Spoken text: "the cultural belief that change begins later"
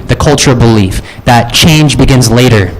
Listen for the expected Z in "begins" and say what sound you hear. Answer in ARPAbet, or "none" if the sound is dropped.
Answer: Z